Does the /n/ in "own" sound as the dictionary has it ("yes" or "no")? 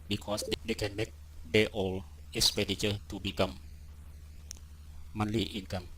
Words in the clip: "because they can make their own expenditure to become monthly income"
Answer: no